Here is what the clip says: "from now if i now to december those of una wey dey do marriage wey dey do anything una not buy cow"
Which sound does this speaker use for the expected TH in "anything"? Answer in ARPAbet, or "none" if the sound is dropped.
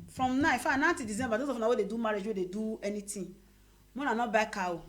T